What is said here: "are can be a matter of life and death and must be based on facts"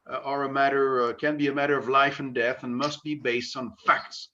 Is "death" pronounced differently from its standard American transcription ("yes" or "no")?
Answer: no